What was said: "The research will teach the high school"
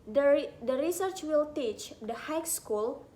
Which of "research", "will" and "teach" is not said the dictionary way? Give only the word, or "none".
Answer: none